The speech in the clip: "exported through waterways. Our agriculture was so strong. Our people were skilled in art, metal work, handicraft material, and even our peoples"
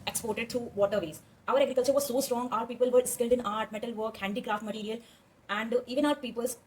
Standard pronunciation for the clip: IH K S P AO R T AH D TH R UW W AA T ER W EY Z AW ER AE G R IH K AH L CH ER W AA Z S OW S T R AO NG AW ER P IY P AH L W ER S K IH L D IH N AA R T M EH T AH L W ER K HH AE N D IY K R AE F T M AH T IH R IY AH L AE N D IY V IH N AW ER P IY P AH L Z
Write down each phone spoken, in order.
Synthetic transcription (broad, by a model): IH K S P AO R T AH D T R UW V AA T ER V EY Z AW ER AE G R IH K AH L CH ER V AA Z S OW S T R AO NG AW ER P IY P AH L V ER S K IH L D IH N AA R T M EH T AH L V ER K HH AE N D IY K R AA F T M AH T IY R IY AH L AE N D IY V IH N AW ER P IY P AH L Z